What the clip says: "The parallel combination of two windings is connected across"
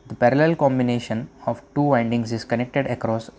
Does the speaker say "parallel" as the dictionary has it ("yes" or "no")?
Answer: yes